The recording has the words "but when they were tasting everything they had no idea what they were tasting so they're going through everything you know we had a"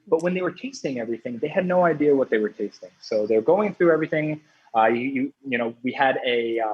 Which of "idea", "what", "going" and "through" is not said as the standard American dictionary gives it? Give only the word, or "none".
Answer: none